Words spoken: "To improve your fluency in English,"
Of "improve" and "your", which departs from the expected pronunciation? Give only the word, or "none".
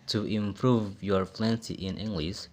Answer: none